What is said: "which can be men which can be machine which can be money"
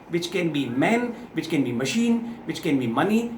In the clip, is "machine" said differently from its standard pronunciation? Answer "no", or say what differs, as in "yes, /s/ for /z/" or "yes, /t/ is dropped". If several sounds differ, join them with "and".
no